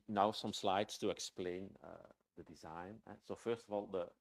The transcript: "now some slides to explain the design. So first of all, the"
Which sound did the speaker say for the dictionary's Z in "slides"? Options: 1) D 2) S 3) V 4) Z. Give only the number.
2